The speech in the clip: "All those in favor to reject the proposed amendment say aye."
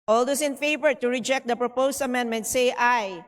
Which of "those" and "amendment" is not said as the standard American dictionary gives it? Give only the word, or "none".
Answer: those